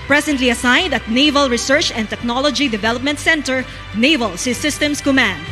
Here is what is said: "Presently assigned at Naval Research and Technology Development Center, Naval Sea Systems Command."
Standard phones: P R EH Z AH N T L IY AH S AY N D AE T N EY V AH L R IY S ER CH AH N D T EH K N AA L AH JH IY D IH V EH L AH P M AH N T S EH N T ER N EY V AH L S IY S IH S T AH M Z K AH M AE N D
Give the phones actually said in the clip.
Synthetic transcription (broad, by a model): P R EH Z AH N T L IY AH S AY N D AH T N EY V AH L R IY S ER CH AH N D T EH K N AA L AH JH IY D IH V EH L AH P M AH N T S EH N T ER N EY V AH L S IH S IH S T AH M S K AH M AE N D